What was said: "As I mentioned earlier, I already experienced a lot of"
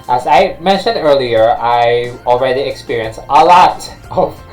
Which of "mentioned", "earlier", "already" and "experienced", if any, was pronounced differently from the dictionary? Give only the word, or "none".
none